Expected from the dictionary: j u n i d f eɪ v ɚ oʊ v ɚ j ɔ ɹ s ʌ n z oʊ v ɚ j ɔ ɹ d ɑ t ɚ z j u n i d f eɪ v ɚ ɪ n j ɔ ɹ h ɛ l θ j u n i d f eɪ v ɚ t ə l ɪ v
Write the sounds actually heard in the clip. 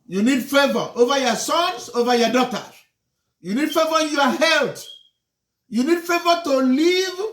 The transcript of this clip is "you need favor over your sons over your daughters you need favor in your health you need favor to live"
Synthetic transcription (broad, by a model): j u n i d f eɪ v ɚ oʊ v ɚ j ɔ s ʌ n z oʊ v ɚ j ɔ d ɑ t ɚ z j u n i d f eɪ v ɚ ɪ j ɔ h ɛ l t j u n i d f eɪ v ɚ t ə l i v